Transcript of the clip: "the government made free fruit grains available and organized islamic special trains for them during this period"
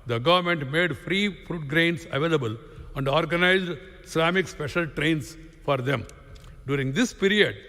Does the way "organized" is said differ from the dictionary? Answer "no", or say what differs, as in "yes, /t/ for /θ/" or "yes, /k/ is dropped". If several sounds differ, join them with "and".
no